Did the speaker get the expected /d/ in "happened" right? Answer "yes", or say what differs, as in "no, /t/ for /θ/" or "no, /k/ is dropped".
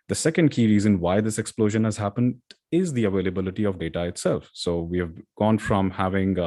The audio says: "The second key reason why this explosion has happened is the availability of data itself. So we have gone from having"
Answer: yes